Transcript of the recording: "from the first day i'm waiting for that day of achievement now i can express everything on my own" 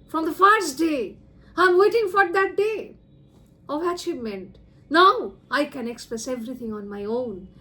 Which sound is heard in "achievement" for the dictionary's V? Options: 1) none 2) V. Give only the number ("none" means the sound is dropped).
1